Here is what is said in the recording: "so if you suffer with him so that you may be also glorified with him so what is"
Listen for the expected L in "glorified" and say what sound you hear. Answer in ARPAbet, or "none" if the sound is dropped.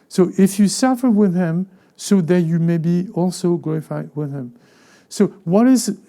L